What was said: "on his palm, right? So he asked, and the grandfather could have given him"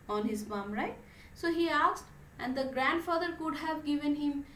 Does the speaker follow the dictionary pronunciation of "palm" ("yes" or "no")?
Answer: no